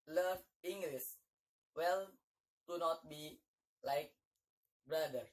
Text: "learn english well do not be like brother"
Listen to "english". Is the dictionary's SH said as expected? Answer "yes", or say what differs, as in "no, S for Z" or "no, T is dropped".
no, S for SH